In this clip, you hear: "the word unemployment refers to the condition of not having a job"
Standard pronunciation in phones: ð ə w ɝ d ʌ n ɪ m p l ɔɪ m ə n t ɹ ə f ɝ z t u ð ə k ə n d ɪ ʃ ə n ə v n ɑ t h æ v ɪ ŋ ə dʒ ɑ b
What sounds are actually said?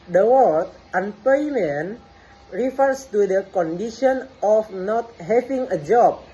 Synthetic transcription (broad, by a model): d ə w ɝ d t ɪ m p ɔɪ m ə n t ɹ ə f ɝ s t u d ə k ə n d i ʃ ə n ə f n ɑ t h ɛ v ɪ ŋ ə dʒ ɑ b